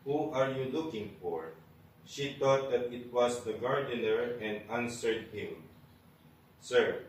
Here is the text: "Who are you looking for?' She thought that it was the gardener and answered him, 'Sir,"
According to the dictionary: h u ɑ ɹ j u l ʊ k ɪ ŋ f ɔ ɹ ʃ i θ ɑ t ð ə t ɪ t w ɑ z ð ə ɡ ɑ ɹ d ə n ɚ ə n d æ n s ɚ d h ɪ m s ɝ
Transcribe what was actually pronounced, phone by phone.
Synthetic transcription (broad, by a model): h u ɑ ɹ j u l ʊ k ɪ ŋ f ɔ ɹ ʃ i t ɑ t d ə t ɪ t w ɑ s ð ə ɡ ɑ ɹ d ə n ɚ ə n d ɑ n s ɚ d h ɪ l s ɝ